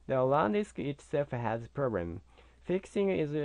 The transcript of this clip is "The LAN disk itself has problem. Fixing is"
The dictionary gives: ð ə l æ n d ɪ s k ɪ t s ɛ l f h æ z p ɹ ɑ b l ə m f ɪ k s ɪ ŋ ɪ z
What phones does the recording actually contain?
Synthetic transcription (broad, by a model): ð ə l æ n d ɪ s k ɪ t s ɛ f h æ z p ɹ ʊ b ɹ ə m f ɪ k s ɪ ŋ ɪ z